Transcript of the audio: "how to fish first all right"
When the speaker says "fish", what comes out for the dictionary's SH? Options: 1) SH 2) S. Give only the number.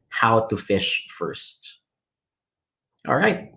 1